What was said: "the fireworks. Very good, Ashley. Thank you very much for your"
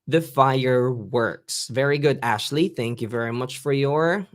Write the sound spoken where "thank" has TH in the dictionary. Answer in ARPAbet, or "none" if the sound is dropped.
TH